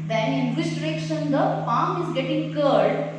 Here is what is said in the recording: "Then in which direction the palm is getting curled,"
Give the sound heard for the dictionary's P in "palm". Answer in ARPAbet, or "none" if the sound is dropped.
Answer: F